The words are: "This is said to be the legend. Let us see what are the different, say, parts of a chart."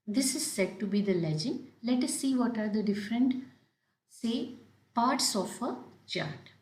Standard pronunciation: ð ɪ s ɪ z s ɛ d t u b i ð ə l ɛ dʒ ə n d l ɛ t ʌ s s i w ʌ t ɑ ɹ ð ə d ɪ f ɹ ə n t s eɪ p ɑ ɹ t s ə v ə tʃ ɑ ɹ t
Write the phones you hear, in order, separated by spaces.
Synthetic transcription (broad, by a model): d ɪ s ɪ z s ɛ d t u b i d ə l ɛ dʒ ə n d l ɛ t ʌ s s i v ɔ t ɑ ɹ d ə d ɪ f ɹ ə n t s eɪ p ɑ ɹ t s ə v ə tʃ ɑ ɹ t